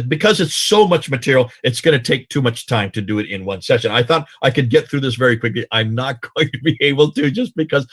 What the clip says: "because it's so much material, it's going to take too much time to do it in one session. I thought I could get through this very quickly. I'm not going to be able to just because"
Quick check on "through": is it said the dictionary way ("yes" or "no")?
yes